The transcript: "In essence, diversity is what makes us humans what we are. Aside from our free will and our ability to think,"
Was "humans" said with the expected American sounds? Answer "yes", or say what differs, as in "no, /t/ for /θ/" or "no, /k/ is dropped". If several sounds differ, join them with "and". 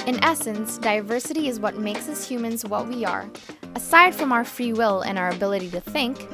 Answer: yes